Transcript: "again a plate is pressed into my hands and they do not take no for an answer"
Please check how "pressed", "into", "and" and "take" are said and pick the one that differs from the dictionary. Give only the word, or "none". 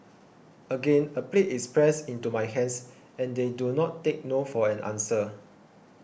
pressed